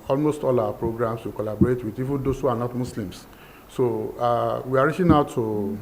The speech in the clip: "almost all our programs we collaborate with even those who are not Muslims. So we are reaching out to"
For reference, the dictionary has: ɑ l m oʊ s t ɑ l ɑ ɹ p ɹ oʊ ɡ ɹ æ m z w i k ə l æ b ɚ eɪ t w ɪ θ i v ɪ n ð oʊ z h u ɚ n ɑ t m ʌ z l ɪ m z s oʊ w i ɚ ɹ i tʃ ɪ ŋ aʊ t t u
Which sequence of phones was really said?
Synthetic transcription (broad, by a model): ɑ l m oʊ s t ɑ l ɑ p ɹ oʊ ɡ ɹ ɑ m s w i k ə l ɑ b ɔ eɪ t w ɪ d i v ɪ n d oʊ s h u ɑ n ɑ t m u s l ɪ m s s oʊ w i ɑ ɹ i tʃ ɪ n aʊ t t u